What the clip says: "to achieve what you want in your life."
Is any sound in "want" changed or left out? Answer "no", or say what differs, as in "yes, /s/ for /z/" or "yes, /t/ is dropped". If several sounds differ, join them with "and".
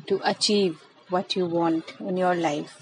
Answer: no